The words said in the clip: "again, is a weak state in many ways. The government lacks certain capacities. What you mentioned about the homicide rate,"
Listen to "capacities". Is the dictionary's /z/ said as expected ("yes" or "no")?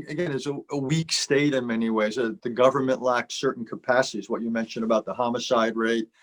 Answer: yes